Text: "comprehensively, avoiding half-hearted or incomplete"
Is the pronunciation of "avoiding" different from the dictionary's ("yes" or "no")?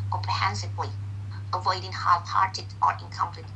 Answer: no